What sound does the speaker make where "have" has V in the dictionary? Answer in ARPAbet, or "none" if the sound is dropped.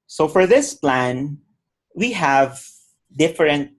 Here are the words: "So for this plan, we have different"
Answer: V